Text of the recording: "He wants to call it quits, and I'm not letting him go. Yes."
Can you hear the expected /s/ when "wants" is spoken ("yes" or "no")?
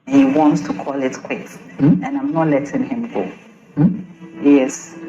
yes